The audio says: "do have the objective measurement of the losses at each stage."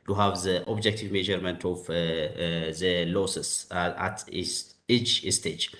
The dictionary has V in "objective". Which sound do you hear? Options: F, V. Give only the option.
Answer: V